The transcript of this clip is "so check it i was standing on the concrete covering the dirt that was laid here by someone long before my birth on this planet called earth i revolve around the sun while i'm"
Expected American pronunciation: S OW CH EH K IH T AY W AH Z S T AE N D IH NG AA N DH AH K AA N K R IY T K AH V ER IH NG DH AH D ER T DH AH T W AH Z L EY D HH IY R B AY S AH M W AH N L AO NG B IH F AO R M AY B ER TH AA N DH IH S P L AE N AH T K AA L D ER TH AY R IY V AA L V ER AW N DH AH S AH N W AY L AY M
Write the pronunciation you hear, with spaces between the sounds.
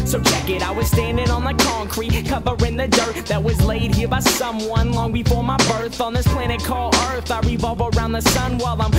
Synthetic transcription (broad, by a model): S OW CH EH K IH T AY W AH Z S T AE N D IH NG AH N DH AH K AA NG K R IY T K AH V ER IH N DH AH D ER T DH AH T W AH Z L EY D HH IY R B AY S AH M W AH N L AO NG B IH F AO R M AY B ER TH N DH IH S P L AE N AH T K AA L ER TH AY R IY V AA L V ER AW N DH AH S AH N W AY L AY M